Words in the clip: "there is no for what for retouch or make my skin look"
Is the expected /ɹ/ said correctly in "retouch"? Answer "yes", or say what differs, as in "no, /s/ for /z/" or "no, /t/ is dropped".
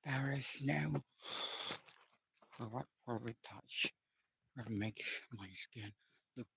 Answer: no, /w/ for /ɹ/